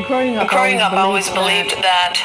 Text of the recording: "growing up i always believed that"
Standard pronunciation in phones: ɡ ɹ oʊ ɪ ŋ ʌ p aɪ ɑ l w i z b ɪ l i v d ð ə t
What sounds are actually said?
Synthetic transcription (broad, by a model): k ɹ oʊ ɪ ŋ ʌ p ɑ l w i z b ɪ l i v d ð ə t